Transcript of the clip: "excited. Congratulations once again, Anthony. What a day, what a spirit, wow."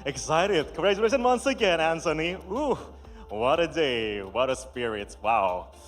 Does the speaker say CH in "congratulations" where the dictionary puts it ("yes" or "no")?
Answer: no